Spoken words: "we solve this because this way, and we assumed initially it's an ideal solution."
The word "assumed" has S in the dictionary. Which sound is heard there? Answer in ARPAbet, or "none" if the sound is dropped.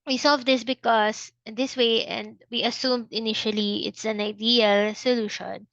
S